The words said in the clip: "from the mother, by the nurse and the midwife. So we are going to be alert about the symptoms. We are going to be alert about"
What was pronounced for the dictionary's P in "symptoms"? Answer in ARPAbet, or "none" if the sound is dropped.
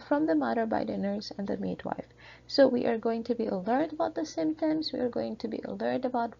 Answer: none